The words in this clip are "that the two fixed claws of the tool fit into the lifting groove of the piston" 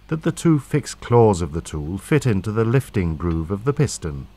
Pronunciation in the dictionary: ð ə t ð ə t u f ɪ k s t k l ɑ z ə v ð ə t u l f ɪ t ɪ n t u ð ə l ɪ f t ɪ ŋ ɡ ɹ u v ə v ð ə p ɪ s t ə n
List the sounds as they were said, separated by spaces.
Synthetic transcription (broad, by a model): ð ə t ð ə t u f ɪ k s k l ɑ z ə v ð ə t u l f ɪ t ɪ n t u ð ə l ɪ f t ɪ ŋ ɡ ɹ u v ə v ð ə p ɪ s t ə n